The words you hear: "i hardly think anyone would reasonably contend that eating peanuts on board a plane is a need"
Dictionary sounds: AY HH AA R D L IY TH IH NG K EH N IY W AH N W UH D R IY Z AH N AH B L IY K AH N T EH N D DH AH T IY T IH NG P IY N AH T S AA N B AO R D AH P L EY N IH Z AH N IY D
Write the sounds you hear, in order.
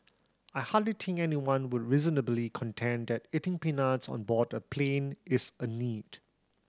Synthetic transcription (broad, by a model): AY HH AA D L IY T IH NG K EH N IY W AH N W UH D R IY Z AH N AH B L IY K AH N T EH N D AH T IY T IH NG P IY N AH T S AA N B AO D AH P L EY N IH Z AH N IY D